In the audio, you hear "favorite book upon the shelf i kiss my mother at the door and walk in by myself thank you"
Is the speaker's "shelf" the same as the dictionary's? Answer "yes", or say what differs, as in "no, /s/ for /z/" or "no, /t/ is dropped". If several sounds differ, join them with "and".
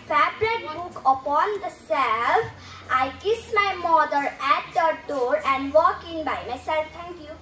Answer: no, /s/ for /ʃ/